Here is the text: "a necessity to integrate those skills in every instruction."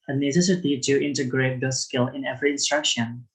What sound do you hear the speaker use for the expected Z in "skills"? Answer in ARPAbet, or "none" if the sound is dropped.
none